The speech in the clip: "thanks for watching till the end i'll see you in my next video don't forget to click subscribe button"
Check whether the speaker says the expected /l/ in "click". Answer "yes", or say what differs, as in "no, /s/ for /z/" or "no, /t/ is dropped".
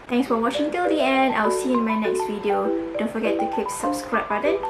no, /l/ is dropped